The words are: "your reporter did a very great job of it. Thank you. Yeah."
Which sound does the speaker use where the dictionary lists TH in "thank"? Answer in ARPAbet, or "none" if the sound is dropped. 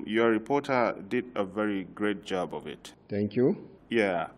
T